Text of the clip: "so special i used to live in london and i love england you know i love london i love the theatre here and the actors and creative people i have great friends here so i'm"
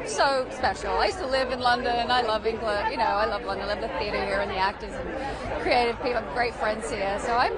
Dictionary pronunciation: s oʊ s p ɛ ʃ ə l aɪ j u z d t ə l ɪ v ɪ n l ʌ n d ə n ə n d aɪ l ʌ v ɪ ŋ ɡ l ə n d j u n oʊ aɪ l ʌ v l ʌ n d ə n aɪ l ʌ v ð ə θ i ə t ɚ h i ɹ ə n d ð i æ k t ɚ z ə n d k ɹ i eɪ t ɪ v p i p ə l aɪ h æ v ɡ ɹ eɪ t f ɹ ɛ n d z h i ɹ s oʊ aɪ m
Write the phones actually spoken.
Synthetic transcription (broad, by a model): s oʊ s p ɛ ʃ l aɪ j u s t ə l ɪ v ɪ n l ʌ n d ə n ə n aɪ l ʌ v ɪ ŋ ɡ l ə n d j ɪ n oʊ aɪ l ʌ v l ʌ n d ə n l ʌ v ð ə θ i ə t ɚ h i ɹ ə n ð i æ k t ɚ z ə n k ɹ i eɪ t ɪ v p i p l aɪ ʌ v ɡ ɹ eɪ t f ɹ ɛ n d z h i ɹ s oʊ aɪ m